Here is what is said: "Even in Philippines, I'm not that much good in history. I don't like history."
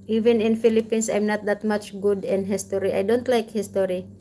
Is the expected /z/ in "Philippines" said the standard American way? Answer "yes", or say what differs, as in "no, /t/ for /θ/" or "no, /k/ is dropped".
no, /s/ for /z/